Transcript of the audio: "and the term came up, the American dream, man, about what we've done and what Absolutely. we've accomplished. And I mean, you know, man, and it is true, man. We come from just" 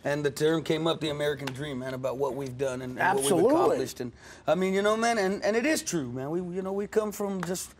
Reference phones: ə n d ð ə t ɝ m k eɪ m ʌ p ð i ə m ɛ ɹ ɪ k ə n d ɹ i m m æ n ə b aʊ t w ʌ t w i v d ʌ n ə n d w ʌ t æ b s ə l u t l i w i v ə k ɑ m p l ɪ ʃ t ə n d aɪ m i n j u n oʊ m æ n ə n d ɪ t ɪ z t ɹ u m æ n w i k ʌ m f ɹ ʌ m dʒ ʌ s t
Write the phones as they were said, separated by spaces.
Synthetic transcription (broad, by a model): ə n ð ə t ɝ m k eɪ m ʌ p ð i ə m ɛ ɹ ɪ k ə n d ɹ i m m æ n ə b aʊ t w ʌ t w i v d ʌ n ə n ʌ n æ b ə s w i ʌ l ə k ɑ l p l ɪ ʃ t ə n aɪ m i n j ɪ n oʊ m æ n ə n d ɪ t ɪ z t ɹ u m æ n w i k ʌ m f ɹ ʌ m dʒ ʌ s t